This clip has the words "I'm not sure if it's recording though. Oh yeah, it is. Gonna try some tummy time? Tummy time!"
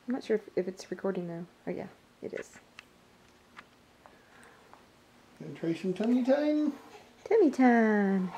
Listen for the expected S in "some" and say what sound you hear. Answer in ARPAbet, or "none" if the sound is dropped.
SH